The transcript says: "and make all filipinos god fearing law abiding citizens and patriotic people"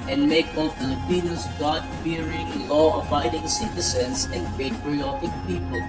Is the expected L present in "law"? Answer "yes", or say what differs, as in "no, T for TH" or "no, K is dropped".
no, N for L